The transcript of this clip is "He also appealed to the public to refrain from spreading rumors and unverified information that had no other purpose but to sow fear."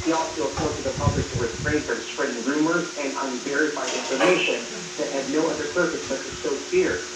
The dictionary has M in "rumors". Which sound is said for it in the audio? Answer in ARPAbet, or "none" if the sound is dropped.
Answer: M